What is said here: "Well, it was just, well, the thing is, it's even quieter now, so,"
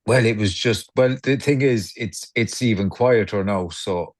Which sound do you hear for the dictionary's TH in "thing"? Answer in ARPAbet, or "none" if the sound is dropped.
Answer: TH